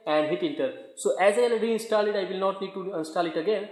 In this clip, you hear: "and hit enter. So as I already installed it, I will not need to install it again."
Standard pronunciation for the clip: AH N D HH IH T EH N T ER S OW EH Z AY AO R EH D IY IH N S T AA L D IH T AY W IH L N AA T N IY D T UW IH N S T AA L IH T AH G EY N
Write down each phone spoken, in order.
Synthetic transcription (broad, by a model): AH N D HH IH T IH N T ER S OW EH Z AY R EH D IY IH N S T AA L IH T AY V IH L N AA T N IY D T UW IH N S T AA L IH T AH G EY N